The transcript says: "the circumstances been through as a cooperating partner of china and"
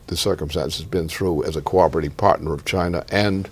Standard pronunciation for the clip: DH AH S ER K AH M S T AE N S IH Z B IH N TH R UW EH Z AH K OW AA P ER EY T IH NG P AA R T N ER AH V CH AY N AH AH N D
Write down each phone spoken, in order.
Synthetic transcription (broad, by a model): DH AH S ER K AH M S T AE N S IH Z B IH N TH R UW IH Z AH K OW AA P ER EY T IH P AA R T N ER AH V CH AY N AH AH N